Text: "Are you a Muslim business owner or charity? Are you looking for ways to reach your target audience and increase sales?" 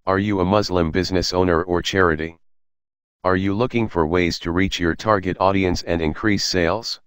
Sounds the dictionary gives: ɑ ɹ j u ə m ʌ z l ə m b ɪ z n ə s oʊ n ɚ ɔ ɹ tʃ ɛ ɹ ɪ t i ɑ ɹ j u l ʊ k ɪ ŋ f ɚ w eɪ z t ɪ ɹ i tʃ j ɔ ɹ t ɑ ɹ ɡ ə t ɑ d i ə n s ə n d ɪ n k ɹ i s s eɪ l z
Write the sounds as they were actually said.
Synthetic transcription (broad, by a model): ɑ ɹ j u ə m ʌ z l ə m b ɪ z n ə s oʊ n ɚ ɔ ɹ tʃ ɛ ɹ ɪ t i ɑ ɹ j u l ʊ k ɪ ŋ f ɚ w eɪ z t ɪ ɹ i tʃ j ɔ ɹ t ɑ ɹ ɡ ə t ɑ d i ə n s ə n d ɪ n k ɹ i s s eɪ l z